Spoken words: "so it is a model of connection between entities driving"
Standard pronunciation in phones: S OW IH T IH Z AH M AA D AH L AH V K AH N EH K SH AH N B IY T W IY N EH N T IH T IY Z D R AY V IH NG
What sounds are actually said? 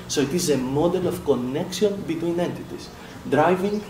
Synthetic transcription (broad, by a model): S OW IH T IH Z AH M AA D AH L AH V K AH N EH K S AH N B IY T W IY N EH N T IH T IY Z D R AY V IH NG